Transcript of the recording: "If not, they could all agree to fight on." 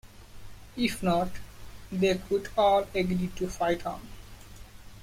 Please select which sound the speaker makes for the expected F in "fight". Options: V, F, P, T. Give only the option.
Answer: F